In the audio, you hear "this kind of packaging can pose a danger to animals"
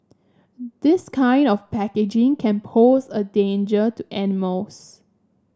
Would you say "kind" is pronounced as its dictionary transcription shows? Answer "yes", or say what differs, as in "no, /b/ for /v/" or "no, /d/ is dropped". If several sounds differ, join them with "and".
yes